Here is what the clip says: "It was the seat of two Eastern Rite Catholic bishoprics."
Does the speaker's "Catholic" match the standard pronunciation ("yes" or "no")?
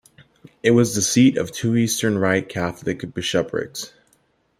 yes